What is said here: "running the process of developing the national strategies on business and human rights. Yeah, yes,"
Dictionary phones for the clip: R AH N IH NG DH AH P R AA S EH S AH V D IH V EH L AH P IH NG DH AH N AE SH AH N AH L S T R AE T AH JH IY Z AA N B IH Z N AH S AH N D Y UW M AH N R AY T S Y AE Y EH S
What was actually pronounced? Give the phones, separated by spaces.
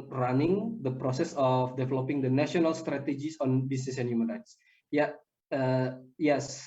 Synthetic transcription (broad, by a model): R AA N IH NG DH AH P R AA S EH S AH F D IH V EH L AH P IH NG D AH N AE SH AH N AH L S T R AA T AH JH IY S AA N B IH S N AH S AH N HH Y UW M AH N R AY T S Y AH Y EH S